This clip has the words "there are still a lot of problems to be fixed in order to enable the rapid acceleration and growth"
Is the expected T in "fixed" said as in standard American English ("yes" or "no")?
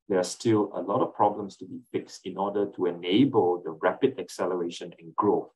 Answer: yes